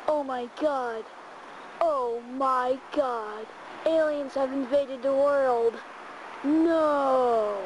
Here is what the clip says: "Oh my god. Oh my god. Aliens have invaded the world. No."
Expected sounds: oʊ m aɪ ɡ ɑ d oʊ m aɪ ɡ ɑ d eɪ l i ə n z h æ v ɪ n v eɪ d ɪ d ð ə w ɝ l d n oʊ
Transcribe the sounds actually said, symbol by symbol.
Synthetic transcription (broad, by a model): oʊ m aɪ ɡ ɑ d oʊ m aɪ ɡ ɑ d eɪ l i ə n z h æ v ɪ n v eɪ d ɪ d ð ə w ɝ l d n oʊ